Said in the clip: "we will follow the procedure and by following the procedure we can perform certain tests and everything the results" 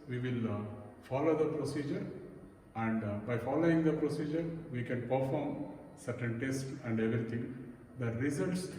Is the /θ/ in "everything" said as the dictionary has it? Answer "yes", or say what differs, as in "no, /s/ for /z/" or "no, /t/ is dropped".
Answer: no, /t/ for /θ/